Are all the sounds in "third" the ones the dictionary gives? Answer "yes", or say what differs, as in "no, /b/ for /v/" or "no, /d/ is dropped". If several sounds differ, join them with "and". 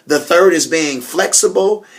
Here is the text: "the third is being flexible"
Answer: yes